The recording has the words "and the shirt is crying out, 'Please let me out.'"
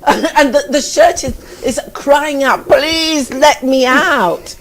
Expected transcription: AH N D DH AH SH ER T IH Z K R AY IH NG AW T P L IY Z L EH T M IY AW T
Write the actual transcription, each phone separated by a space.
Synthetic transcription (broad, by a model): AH N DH DH AH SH ER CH IH Z K R AY IH NG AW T P L IY Z L EH T M IY AW T